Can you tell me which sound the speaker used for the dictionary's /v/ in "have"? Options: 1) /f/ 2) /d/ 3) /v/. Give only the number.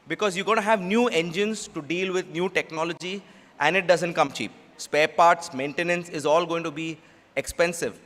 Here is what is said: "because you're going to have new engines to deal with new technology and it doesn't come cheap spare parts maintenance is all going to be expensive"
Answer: 3